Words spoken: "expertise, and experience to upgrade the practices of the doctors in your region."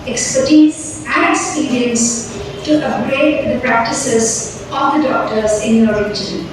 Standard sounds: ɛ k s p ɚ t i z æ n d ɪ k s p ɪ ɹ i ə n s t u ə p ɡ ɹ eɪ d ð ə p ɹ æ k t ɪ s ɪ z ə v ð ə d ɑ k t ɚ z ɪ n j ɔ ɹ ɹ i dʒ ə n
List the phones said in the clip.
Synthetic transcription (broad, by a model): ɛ k s p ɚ t i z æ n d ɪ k s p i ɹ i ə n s t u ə ɡ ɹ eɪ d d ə p ɹ æ k t ɪ s ɪ z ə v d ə d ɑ k t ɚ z ɪ n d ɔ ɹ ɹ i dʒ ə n